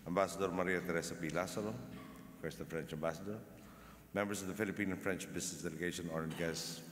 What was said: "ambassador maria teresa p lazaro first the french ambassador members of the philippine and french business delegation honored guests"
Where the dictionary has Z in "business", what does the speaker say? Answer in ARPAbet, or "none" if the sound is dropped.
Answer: S